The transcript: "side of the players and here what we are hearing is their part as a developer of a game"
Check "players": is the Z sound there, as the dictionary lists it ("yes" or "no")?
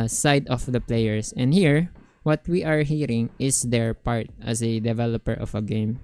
no